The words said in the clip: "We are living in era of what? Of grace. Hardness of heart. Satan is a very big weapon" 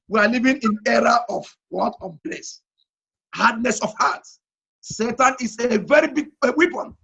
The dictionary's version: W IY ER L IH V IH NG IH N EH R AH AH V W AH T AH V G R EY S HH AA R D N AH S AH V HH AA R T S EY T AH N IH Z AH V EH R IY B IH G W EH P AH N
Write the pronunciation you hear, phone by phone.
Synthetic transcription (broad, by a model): W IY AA L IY V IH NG IH N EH R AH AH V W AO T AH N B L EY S HH AA D N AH S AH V HH AA T S EY T AH N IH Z AH V EH R IY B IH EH W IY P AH N